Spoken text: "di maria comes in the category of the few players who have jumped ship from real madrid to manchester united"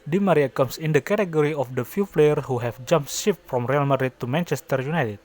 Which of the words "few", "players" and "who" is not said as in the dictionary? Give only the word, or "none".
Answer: players